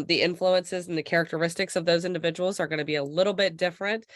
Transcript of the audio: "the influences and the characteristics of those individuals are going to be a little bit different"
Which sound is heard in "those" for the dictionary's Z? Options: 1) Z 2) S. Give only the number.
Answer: 1